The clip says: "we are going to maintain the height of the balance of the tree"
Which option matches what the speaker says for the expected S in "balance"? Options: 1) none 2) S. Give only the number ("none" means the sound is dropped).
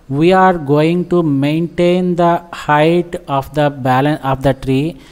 1